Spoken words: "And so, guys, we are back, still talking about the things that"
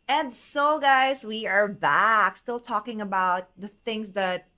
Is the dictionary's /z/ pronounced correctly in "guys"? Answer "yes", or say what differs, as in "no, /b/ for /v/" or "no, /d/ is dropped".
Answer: yes